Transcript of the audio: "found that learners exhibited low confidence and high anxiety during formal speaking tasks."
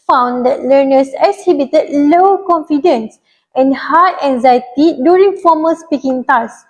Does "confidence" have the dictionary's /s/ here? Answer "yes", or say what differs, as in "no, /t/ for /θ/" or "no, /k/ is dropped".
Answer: yes